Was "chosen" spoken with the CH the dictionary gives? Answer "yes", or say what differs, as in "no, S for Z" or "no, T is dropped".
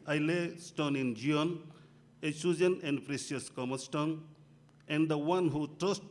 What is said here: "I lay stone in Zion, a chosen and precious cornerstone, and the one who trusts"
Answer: no, S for CH